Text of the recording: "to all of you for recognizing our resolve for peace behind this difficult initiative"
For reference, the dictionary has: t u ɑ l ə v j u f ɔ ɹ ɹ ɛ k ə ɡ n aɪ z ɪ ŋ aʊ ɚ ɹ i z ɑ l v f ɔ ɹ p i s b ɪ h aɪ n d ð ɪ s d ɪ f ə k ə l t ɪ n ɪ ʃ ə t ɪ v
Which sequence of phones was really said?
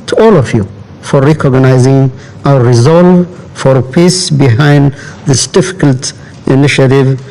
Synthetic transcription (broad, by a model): t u ɑ l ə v j u f ɔ ɹ ɹ ɛ k ə ɡ n aɪ z ɪ ŋ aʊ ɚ ɹ i z ɑ l v f ɔ ɹ p i s b ɪ h aɪ n d ð ɪ s d ɪ f ə k ə l t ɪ n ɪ ʃ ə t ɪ v